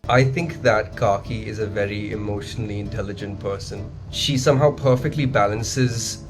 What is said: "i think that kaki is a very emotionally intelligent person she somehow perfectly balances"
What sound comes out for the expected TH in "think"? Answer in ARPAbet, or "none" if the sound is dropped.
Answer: TH